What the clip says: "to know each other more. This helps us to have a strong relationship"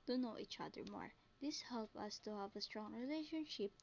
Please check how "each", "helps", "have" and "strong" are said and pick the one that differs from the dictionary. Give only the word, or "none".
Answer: helps